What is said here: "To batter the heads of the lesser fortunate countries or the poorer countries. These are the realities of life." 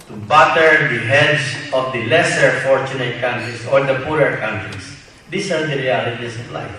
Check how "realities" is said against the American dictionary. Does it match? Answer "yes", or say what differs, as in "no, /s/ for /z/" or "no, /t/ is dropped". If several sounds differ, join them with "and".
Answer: no, /s/ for /z/